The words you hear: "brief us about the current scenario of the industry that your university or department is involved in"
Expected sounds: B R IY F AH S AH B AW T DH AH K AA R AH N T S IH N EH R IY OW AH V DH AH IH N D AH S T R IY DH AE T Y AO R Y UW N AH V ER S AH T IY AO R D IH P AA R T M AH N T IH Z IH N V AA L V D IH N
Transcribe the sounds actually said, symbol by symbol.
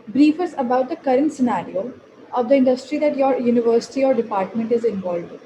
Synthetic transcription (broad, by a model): B R IY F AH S AH B AW T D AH K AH R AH N T S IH N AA R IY OW AH V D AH IH N D AH S T R IY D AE T Y AO R Y UW N AH V ER S AH T IY AO R D IH P AA R T M AH N T IH Z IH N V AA L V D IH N